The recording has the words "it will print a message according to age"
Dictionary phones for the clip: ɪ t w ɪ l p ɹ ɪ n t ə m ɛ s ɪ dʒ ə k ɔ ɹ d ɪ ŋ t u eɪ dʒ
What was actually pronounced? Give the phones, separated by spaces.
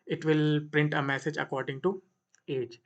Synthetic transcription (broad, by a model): ɪ t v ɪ l p ɹ ɪ n t ə m ɛ s ɪ dʒ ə k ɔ ɹ d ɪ ŋ t u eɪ dʒ